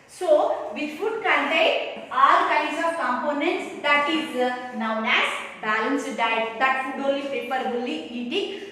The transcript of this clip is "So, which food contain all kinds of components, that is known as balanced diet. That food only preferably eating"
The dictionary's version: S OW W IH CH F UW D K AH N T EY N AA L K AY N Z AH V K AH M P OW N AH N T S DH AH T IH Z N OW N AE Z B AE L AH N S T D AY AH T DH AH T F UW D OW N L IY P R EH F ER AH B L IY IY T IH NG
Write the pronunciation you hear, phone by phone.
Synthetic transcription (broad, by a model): S OW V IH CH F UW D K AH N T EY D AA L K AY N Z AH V K AH M P OW N AH N T S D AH T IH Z N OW N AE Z B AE L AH N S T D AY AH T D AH T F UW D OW L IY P EH P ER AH L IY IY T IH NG